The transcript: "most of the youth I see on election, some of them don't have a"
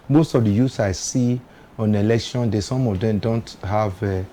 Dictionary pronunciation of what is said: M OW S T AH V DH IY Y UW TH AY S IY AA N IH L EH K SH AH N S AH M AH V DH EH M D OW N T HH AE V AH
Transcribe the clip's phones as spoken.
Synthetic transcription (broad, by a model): M OW S T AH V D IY Y UW S AY S IY AA N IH L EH K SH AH N S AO M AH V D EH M D OW N T HH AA V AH